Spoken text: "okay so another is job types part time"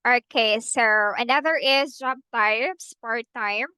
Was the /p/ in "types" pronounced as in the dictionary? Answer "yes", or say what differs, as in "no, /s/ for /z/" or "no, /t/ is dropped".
no, /p/ is dropped